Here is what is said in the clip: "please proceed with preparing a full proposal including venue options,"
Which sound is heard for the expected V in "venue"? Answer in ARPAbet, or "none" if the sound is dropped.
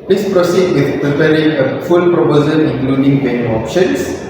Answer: B